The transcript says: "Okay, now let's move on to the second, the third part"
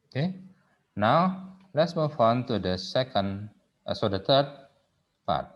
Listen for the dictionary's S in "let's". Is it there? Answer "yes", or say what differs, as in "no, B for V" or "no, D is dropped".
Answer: yes